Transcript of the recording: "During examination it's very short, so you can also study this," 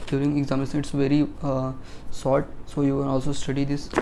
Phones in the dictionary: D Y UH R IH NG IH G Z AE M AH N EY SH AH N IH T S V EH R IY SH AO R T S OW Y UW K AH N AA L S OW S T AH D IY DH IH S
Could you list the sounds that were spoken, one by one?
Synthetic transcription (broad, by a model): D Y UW R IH NG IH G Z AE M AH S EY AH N IH T S V EH R IY S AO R T S OW Y UW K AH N AA L S OW S T AH D IY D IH S